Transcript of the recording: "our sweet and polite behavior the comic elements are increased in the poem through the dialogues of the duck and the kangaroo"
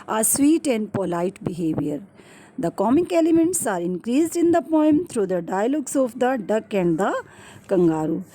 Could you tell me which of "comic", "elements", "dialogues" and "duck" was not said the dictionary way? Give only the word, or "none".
dialogues